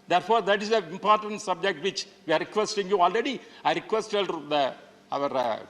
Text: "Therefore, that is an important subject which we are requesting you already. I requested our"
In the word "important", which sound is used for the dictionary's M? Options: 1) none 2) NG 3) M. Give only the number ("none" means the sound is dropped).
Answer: 3